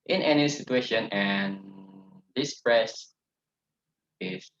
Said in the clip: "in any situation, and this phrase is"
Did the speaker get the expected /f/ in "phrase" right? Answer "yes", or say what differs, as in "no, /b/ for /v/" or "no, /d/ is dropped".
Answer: no, /p/ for /f/